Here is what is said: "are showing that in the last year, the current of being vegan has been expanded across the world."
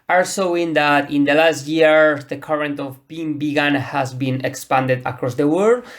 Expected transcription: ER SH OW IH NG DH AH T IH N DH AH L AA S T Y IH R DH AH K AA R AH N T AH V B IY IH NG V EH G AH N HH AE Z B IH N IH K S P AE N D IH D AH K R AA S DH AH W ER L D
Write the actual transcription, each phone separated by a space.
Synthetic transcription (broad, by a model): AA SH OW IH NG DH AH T IH N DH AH L AA S T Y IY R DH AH K AA R AH N T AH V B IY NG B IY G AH N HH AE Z B IH N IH K S P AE N D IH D AH K R AA S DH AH W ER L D